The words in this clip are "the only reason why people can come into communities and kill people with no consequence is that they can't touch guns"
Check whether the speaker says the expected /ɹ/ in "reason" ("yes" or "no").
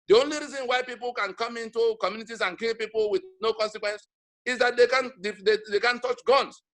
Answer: yes